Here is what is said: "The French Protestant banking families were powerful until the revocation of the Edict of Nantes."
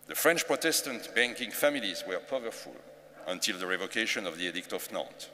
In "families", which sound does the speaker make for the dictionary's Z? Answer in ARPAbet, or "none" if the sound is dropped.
Z